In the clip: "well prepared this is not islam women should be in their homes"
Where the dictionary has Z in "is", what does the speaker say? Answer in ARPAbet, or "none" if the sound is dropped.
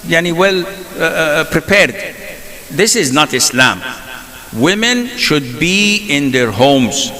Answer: Z